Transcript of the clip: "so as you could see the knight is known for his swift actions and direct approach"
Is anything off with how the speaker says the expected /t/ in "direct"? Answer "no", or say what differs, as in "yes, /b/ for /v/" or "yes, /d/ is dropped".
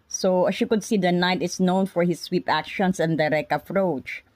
yes, /t/ is dropped